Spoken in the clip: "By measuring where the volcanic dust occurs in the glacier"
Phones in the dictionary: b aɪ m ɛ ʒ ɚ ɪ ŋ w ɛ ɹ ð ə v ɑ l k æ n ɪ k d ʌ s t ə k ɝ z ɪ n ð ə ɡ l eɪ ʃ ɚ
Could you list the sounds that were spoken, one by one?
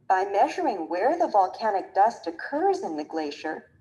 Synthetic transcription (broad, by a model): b aɪ m ɛ ʒ ɚ ɪ ŋ w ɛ ɹ ð ə v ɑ l k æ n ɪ k d ʌ s t ə k ɝ z ɪ n ð ə ɡ l eɪ ʃ ɚ